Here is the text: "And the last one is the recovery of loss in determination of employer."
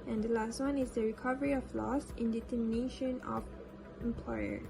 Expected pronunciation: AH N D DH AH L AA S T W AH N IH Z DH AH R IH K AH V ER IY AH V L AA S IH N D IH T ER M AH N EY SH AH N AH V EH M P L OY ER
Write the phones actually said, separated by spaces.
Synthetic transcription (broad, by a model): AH N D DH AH L AA S T W AH N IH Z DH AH R IH K AH V ER IY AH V L AA S IH N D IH T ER M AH N EY SH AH N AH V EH M P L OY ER